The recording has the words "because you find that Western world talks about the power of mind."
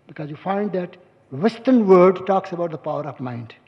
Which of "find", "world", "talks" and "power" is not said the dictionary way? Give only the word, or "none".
world